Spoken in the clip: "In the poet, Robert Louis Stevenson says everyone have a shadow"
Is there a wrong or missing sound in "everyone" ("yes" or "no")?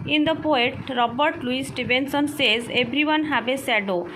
yes